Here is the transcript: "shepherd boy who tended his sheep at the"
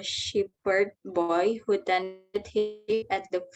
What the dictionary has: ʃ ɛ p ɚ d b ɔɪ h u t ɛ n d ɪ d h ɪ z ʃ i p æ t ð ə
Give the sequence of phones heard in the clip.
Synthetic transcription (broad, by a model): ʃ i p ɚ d b ɔɪ h u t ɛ n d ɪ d h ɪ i æ t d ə